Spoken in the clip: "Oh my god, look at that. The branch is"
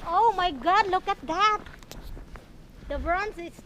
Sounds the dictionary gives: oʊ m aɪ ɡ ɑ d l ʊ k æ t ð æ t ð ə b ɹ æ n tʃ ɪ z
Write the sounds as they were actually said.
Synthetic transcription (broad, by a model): oʊ m aɪ ɡ ɑ d l ʊ k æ t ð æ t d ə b ɹ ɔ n s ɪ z